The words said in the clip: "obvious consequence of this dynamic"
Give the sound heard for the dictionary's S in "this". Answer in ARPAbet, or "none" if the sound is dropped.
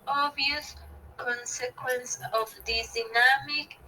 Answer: none